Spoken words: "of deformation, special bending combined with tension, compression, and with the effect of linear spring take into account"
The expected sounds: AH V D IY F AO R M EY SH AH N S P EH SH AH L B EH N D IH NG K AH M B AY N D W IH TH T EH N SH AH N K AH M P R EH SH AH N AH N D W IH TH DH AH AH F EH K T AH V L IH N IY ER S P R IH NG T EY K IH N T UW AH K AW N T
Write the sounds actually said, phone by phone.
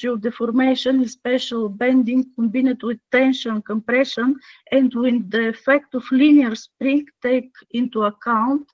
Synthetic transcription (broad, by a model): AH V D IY F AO R M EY SH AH N S P EH SH AH L B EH N D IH NG K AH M B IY N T W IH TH T EH N SH AH N K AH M P R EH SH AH N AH N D W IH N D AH AH F EH K T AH F L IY N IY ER S P R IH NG T EY K IH N T UW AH K AW N T